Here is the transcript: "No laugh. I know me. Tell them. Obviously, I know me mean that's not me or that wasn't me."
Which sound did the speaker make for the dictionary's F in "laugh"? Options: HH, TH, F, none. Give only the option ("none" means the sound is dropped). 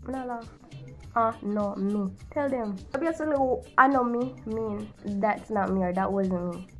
none